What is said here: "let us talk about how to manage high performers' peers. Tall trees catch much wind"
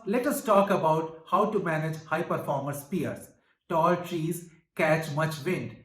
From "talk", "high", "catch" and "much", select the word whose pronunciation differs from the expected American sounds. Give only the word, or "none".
none